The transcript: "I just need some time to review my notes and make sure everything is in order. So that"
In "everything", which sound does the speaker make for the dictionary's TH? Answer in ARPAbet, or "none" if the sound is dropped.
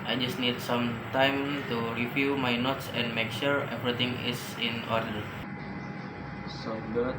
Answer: T